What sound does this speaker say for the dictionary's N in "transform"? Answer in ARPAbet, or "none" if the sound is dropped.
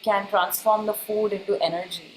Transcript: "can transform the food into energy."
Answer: N